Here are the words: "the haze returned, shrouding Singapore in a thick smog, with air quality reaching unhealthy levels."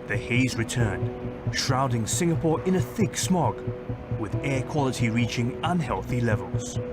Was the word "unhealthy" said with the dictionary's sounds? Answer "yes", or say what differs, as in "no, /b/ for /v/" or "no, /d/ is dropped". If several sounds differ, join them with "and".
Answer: yes